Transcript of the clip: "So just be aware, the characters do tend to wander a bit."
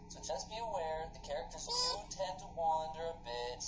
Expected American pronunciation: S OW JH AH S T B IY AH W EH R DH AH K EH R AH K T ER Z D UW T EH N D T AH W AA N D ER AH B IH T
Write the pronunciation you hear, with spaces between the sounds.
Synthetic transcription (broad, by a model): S OW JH AH S B IY AH W EH R DH AH K EH R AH K T ER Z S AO T EH N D T AH W AA N D ER AH B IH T